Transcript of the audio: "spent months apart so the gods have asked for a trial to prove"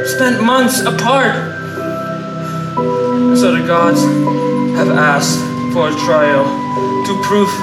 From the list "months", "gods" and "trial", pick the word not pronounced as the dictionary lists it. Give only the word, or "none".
none